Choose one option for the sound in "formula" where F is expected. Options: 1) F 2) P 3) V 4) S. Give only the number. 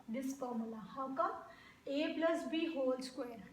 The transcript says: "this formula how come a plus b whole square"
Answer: 2